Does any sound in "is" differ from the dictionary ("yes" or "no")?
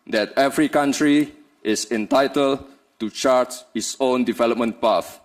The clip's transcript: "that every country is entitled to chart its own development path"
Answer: yes